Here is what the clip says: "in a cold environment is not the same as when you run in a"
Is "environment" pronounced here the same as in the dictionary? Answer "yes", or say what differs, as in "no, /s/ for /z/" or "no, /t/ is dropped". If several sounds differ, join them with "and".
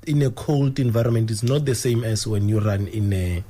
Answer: yes